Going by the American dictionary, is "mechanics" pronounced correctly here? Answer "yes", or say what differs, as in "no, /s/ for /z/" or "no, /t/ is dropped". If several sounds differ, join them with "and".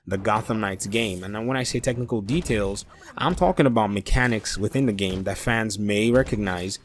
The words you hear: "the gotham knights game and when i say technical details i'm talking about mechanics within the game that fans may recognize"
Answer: yes